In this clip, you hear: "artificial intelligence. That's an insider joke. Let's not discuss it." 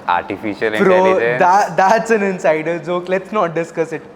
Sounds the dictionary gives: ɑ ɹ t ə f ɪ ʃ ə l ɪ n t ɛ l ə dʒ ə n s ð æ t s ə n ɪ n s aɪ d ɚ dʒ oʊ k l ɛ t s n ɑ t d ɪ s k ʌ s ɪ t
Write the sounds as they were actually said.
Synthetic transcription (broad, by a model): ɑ ɹ t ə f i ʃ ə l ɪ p t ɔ ə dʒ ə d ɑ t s ə n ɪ n s aɪ d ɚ z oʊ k l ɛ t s n ɑ t d ɪ s k ʌ s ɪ t